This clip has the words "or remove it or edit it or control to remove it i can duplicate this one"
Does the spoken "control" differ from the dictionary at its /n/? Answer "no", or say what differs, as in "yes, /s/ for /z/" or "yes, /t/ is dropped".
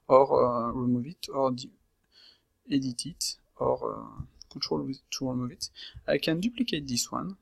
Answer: yes, /n/ is dropped